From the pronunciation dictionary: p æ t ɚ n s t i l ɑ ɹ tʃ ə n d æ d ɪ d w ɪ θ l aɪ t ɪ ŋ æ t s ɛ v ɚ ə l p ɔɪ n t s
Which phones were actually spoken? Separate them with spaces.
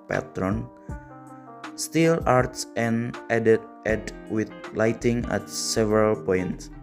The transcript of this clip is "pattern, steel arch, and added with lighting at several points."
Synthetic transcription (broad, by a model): p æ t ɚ n s t i l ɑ ɹ s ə n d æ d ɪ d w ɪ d l aɪ t ɪ ŋ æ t s ɛ v ɚ ə l p ɔɪ n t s